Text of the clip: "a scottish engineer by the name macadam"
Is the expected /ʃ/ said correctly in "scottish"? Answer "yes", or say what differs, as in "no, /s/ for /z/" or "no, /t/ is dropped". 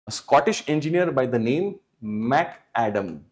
yes